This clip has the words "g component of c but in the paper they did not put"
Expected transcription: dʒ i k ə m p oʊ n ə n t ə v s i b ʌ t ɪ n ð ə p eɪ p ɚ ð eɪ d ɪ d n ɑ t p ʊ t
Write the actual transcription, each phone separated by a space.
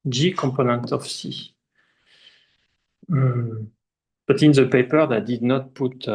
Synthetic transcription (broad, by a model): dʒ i k ə m p oʊ n ə n t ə f s i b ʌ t ɪ n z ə p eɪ p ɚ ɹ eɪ d ɪ d n ɑ t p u t